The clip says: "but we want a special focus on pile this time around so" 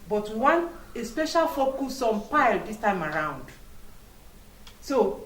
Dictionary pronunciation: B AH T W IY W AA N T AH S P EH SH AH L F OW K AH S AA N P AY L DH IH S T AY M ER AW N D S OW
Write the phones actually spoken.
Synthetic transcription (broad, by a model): B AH T W IY W AA N T AH S P EH SH AH L F OW K AH S AA N P AY L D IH S T AY M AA AW N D S OW